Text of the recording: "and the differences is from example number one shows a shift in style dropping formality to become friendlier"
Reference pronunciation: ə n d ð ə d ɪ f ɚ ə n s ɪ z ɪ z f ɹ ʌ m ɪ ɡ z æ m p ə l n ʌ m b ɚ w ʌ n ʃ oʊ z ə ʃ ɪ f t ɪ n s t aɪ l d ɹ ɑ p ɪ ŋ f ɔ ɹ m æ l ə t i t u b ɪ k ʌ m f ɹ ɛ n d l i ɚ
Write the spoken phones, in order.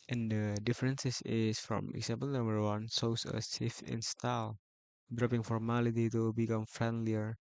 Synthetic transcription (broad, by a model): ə n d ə d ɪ f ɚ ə n s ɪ s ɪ s f ɹ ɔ m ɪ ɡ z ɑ m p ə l n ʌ m b ɚ w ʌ n s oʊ s ə s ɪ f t ɪ n s t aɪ l d ɹ ɑ p ɪ ŋ f ɔ ɹ m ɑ l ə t i t u b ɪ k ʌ m f ɹ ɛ n d l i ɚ